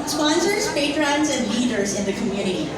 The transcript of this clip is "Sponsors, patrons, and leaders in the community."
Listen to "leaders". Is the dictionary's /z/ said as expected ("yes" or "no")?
yes